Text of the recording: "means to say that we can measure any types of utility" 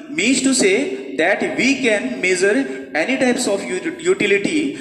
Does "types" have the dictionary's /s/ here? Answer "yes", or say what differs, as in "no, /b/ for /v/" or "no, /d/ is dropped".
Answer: yes